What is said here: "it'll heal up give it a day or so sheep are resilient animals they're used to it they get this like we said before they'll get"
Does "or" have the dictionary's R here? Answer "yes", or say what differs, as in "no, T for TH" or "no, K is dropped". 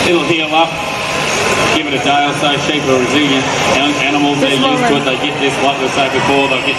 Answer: no, L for R